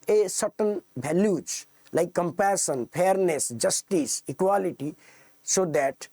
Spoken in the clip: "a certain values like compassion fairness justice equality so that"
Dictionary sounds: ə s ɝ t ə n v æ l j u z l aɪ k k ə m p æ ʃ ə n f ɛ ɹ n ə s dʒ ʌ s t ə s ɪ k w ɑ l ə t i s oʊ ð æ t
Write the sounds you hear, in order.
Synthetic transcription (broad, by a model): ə s ɝ t ə n b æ l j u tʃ l aɪ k k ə m p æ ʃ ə n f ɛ ɹ n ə s dʒ ʌ s t ə s ɪ k w ɑ l ə t i s oʊ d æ t